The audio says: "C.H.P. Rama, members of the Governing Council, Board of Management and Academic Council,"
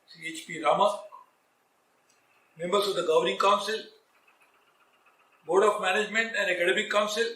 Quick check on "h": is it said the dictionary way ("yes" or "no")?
yes